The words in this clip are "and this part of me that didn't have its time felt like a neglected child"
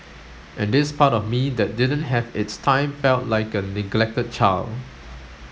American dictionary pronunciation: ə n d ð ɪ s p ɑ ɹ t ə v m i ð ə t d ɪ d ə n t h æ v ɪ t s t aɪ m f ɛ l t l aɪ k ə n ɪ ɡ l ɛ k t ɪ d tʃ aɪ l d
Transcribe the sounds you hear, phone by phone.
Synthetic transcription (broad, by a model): ə n d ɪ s p ɑ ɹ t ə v m i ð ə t d ɪ d ə n t h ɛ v ɪ t s t aɪ m f ɛ l t l aɪ k ə n ɪ ɡ l ɛ k t ɪ d tʃ aɪ l